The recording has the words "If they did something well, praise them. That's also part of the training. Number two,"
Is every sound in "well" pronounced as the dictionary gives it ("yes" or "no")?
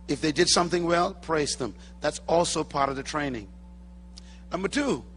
yes